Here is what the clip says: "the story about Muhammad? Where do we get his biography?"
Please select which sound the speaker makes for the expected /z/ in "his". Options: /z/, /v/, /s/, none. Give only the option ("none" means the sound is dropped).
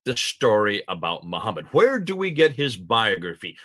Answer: /z/